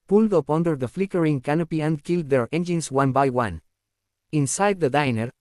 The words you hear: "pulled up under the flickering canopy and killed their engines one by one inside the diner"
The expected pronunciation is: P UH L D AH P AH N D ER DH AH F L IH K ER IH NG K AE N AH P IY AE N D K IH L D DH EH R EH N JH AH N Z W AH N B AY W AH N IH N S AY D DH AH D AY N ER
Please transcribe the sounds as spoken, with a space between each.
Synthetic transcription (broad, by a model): P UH L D AH P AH N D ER DH AH F L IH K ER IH NG K AE N AH P IY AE N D K IH L D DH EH R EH N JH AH N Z W AH N B AY W AH N IH N S AY D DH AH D AY N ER